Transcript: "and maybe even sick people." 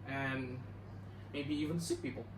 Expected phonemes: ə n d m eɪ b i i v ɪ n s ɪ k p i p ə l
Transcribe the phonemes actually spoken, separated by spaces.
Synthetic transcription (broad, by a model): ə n m eɪ b i i v ɪ n s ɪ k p i p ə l